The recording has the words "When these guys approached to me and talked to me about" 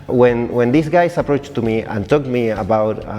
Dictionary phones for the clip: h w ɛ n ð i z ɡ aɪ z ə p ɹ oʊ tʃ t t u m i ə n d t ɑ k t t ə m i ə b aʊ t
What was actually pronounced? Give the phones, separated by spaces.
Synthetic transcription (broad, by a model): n w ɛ n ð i s ɡ aɪ s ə p ɹ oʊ tʃ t t u m i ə n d t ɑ k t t m i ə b aʊ t